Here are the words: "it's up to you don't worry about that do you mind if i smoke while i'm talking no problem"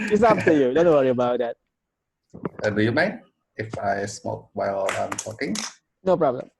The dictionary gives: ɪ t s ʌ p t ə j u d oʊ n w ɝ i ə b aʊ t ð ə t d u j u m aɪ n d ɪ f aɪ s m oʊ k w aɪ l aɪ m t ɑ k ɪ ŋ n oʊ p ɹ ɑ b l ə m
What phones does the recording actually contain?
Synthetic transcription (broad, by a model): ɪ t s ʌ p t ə j u d oʊ n w ɝ i ə b aʊ t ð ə t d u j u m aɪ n ɪ f aɪ s m oʊ k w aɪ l aɪ m t ɑ k ɪ ŋ n oʊ p ɹ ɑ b l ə m